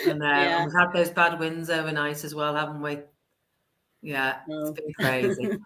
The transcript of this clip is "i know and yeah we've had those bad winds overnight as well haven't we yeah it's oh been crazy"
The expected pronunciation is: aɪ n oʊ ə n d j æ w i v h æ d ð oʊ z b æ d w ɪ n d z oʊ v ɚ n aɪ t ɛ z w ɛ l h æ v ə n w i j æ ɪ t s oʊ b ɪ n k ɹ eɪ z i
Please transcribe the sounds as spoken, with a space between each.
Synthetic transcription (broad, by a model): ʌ n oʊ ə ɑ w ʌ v h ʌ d ð oʊ z b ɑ d w ɪ n d z oʊ v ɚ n aɪ t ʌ z w ɛ l h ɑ v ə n w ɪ j æ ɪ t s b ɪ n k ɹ eɪ z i